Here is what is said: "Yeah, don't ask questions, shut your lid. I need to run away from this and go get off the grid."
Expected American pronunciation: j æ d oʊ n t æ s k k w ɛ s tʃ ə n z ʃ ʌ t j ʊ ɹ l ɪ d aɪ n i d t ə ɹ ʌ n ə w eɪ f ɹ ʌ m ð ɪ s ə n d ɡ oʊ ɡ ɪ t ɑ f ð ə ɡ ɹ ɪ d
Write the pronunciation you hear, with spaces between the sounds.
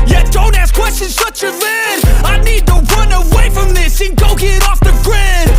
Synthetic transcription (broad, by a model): j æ d oʊ n t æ s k k w ɛ s tʃ ə n z s ʌ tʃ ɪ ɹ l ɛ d aɪ n i d t ə ɹ ʌ n ə w eɪ f ɹ ʌ m ð ɪ s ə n ɡ oʊ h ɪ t ɑ f ð ə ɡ ɹ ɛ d